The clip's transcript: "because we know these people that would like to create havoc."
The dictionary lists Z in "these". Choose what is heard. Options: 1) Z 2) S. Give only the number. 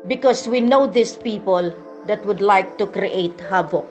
2